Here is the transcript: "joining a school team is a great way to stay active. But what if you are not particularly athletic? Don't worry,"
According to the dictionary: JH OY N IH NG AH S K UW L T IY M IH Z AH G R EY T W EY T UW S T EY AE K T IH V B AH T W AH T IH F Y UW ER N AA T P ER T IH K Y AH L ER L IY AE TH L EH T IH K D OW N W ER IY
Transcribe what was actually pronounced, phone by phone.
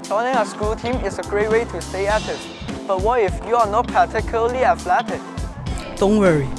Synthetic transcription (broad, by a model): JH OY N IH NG AH S K UW L T IY M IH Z AH G R EY T W EY T UW S T EY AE T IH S B AH T W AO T IH F Y UW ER N AA T P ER T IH K Y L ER L IY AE F L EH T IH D D OW N W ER IY